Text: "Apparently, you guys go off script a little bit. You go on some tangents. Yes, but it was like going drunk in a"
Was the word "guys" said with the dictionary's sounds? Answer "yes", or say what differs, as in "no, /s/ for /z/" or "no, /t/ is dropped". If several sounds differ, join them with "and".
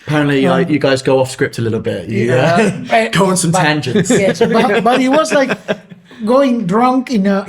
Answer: yes